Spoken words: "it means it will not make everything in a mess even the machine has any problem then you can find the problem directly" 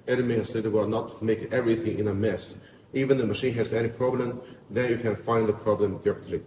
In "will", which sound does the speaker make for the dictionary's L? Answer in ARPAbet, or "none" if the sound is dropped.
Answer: W